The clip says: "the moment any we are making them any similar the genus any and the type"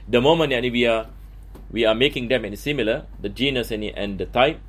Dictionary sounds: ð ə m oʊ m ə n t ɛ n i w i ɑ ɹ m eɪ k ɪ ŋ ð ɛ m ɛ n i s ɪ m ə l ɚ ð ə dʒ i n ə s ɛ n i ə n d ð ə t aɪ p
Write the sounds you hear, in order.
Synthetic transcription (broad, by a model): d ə m oʊ m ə n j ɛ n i w i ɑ w m eɪ k ɪ ŋ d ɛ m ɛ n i s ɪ m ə l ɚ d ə dʒ i n ə s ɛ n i ə n d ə t aɪ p